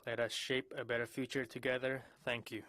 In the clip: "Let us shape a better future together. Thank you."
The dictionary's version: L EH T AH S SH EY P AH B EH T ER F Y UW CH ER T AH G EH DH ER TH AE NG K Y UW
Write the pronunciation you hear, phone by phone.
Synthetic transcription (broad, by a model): L EH T AH S SH EY P AH B EH T ER F Y UW CH ER T AH G EH DH ER TH AE NG K Y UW